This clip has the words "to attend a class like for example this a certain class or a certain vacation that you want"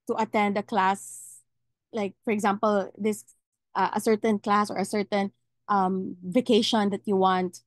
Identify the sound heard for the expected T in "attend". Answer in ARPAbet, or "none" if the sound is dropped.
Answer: T